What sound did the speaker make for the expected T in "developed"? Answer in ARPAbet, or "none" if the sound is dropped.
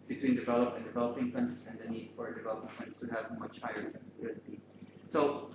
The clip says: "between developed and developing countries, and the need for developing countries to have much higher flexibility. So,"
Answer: none